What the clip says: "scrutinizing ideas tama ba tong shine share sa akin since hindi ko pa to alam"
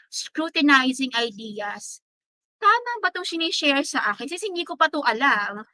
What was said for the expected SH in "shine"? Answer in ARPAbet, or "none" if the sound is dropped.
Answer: S